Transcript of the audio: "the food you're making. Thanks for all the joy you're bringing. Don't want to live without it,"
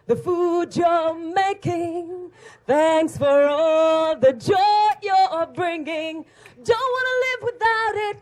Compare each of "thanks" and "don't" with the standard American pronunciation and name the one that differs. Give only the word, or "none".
none